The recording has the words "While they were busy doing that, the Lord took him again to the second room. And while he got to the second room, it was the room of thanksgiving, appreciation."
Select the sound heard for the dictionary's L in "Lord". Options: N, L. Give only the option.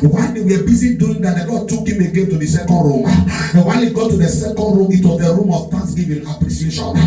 N